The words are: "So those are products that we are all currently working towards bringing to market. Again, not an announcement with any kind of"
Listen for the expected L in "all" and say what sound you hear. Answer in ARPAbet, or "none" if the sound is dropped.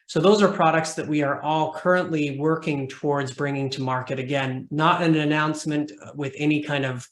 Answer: L